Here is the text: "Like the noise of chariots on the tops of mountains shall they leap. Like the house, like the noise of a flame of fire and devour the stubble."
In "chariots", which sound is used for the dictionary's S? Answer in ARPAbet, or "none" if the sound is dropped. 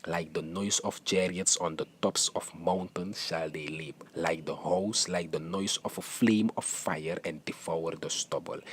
S